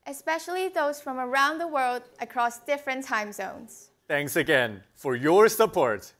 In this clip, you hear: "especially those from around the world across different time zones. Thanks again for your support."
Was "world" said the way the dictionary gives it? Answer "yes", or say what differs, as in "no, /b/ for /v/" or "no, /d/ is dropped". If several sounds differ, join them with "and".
yes